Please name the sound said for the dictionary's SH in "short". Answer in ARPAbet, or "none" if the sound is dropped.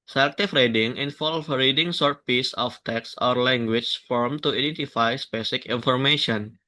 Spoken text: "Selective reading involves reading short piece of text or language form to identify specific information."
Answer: S